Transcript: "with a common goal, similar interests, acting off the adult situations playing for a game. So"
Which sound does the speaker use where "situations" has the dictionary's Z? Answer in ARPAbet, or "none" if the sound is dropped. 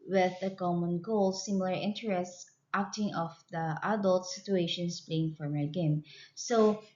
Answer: S